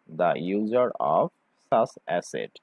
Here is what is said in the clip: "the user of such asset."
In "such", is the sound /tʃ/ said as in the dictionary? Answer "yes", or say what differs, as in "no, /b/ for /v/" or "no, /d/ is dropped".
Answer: no, /s/ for /tʃ/